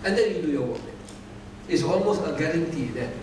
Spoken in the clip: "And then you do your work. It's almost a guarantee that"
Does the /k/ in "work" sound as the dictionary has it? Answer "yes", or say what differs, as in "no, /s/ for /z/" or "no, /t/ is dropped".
no, /k/ is dropped